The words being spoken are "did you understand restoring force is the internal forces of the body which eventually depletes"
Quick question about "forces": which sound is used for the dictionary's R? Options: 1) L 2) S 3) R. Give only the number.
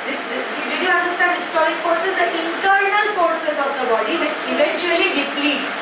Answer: 3